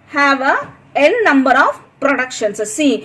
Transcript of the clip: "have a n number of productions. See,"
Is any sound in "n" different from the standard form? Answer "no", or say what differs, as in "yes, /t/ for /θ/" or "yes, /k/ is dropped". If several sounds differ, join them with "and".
yes, /l/ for /n/